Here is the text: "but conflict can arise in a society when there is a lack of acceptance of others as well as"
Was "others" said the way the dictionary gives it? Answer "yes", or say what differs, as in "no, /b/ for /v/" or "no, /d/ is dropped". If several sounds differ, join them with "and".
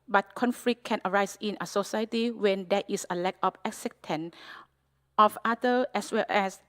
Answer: no, /z/ is dropped